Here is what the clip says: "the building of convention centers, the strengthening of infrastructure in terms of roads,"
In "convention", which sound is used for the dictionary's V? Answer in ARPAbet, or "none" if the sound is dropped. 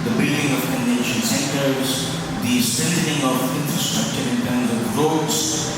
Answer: none